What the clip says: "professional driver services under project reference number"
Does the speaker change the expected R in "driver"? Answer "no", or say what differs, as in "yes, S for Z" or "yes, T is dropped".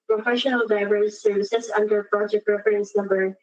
yes, R is dropped